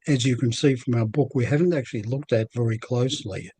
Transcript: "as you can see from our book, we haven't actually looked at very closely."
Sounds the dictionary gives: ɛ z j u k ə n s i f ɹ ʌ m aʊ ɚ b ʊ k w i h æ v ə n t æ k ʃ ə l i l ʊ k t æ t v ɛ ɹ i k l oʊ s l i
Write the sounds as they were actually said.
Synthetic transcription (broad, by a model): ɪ z j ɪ k ə n s i f ɹ ʌ m aʊ ɚ b ʊ k w i h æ v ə n t æ k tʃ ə l i l ʊ k t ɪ t v ɛ ɹ i k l oʊ s l i